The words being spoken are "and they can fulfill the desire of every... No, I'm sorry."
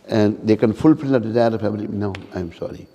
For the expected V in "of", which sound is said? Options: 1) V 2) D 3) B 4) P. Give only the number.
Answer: 4